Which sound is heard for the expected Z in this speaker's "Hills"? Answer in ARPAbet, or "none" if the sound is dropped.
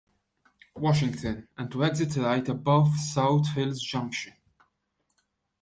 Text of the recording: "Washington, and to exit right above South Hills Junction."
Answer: Z